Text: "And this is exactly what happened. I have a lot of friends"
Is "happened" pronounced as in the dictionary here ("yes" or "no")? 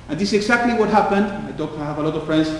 yes